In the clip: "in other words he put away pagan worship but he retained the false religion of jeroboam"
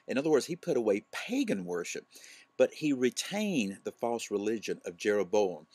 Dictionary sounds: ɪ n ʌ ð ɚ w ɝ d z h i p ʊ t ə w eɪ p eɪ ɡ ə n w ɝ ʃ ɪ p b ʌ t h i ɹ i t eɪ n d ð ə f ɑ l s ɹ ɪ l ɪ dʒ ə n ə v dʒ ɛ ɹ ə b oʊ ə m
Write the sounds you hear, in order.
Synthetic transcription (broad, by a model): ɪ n ʌ ð ɚ w ɝ d z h i p ʊ t ə w eɪ p eɪ ɡ ə n w ɝ ʃ ɪ p b ʌ t h i ɹ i t eɪ n ð ə f ɑ l s ɹ ɪ l ɪ dʒ ə n ə v dʒ ɛ ɹ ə b oʊ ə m